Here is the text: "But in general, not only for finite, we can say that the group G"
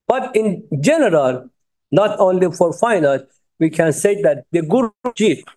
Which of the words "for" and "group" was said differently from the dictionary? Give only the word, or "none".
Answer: group